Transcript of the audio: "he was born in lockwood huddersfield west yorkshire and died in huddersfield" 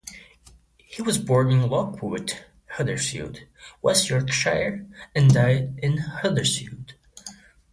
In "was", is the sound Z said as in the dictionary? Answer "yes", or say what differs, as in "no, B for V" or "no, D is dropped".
yes